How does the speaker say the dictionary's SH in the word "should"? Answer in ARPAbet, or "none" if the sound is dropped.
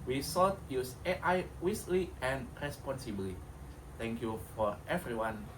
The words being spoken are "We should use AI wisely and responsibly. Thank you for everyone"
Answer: S